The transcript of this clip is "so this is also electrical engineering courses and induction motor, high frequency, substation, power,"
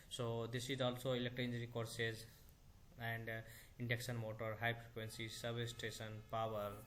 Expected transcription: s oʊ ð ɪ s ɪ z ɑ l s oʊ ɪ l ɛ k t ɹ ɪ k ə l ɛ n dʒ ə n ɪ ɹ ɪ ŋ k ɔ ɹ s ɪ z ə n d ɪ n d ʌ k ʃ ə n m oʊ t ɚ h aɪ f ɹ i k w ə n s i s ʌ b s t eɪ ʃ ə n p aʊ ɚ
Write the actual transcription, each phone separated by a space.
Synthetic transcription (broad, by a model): s oʊ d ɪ s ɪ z ɑ l s oʊ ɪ l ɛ k t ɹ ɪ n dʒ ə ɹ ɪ k ɔ ɹ s ɪ z ə n d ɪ n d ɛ k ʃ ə n m oʊ t ɚ h aɪ p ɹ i k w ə n s i s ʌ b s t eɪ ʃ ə n p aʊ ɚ